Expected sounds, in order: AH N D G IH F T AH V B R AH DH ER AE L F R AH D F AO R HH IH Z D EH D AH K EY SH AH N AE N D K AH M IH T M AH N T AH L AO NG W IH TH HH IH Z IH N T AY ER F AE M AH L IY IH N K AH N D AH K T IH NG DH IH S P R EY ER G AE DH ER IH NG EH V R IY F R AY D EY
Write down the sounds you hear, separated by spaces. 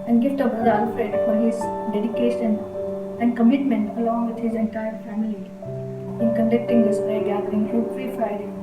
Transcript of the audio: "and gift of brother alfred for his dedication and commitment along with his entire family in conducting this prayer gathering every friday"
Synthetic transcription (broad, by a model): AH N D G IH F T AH B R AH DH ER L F R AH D F AO R HH IH Z D EH D AH K EY SH AH N AE N D K AH M IH T M AH N T AH L AO NG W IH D HH IH Z IH N T AY ER F AE M AH L IY IH N K AH N D AH K T IH NG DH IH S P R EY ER G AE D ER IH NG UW F R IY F R AY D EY